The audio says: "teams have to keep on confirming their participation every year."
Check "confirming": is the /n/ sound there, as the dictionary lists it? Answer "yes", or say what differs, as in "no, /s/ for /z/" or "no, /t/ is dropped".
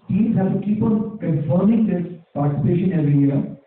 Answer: no, /n/ is dropped